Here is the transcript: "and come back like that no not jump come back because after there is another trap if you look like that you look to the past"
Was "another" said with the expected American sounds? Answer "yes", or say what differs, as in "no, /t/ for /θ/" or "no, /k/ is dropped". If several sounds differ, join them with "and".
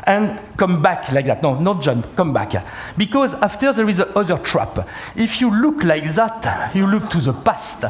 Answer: no, /n/ is dropped